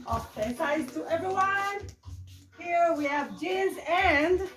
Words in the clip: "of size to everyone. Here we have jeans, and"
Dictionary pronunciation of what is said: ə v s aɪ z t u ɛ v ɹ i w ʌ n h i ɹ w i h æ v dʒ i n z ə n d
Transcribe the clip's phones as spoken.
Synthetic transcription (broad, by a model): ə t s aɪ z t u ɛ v ɹ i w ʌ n h i ɹ w i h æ v dʒ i z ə n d